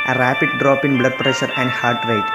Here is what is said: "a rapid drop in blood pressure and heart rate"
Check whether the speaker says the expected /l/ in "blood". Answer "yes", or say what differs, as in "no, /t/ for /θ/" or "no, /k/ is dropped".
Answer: yes